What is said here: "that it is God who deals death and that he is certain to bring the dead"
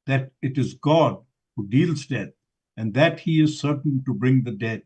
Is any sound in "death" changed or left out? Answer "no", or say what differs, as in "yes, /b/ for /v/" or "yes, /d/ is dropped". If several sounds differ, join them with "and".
yes, /t/ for /θ/